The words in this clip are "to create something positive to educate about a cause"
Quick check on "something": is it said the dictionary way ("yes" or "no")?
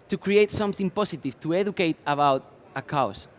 yes